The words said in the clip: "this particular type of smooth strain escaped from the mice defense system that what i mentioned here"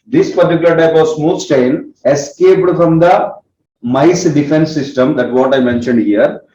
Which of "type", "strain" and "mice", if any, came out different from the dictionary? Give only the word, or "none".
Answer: strain